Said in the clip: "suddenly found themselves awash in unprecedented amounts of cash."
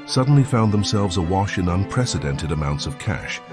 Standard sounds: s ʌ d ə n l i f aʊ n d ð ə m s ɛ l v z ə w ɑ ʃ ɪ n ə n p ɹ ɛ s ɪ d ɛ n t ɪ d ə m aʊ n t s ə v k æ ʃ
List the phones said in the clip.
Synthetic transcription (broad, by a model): s ʌ d n l i f aʊ n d ð ə m s ɛ l v z ə w ɑ ʃ ɪ n ə n p ɹ ɛ s ɪ d ɛ n t ɪ d ə m aʊ n t s ə v k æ ʃ